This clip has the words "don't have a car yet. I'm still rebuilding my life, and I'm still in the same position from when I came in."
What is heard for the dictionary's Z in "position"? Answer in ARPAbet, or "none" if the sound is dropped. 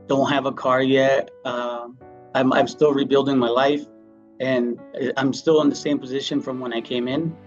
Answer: Z